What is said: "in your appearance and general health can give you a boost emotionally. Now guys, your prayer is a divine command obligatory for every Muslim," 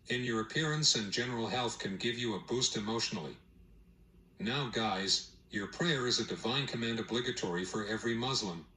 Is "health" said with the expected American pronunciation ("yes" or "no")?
yes